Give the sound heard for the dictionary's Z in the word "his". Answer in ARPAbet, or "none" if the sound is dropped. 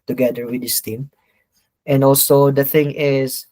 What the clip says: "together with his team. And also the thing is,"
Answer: S